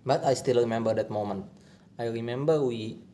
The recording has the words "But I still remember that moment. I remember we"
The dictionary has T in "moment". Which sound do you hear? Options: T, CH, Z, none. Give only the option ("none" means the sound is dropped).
T